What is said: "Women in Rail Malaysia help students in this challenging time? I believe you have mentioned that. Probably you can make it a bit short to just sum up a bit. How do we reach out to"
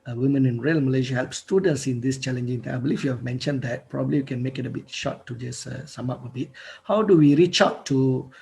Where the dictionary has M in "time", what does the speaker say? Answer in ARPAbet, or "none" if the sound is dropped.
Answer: none